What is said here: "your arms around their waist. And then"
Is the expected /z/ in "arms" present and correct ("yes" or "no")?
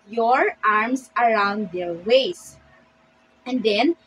no